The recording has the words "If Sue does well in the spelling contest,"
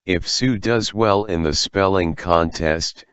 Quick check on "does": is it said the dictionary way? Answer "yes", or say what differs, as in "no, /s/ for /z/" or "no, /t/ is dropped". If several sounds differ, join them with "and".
yes